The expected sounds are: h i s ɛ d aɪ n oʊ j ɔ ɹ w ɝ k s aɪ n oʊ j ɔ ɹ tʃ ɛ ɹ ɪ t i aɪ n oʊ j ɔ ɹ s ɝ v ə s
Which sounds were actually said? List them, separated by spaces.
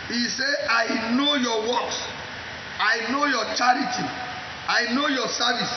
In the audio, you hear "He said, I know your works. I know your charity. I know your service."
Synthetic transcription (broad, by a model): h i s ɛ aɪ n oʊ j ɔ w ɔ k s aɪ n oʊ j ɔ tʃ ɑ ɹ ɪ t i aɪ n oʊ j ɔ s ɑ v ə s